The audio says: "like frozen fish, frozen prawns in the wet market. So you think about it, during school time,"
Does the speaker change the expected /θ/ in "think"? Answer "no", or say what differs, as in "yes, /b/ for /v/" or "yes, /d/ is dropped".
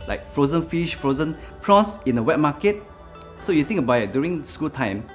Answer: yes, /t/ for /θ/